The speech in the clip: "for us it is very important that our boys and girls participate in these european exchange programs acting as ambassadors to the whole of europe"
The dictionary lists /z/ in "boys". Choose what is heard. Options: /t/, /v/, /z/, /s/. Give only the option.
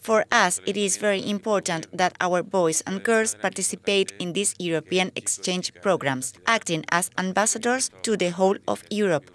/s/